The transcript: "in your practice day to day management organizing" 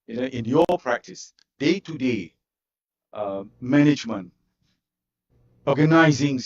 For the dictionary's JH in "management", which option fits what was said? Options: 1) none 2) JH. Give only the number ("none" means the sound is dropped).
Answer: 2